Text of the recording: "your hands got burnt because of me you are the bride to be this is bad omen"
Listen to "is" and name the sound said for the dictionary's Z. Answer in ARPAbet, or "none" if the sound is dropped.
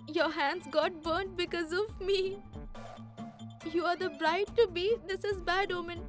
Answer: Z